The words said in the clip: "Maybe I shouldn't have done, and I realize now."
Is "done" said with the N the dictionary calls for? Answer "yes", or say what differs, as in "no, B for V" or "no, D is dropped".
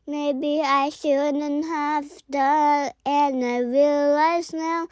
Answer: no, N is dropped